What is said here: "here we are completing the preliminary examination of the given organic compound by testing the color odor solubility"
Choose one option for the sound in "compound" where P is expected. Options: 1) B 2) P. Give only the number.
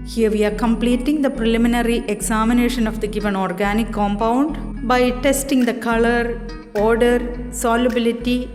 2